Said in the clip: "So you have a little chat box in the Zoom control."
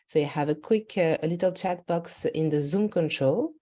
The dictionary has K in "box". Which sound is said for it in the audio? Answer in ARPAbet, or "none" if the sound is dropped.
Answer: K